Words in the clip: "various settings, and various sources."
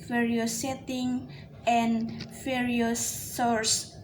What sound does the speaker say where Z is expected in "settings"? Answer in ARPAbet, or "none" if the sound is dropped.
none